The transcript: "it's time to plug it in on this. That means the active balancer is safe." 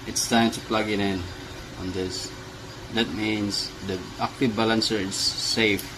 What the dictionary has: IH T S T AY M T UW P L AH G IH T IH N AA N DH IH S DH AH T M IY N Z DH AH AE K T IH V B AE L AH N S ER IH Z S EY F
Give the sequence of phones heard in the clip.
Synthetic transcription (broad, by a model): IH T S T AY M T UW P L AH G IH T IH N AA N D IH S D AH T M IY N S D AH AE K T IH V B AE L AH N S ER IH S EY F